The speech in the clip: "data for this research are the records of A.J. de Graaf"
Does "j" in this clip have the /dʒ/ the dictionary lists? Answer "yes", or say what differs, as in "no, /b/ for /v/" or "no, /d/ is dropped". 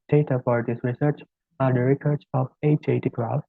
no, /tʃ/ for /dʒ/